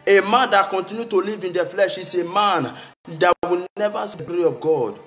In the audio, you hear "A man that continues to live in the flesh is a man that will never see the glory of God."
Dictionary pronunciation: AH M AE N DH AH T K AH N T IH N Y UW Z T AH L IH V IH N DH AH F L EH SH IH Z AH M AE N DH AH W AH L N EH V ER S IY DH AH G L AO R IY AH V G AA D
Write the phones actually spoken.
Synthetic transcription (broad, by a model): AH M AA N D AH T K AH N T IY N Y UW T AH L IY V IH N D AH F L EH SH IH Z AH M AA N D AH W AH N N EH V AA S IY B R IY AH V G AA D